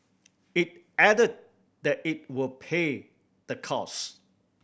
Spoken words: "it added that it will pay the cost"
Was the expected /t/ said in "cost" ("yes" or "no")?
no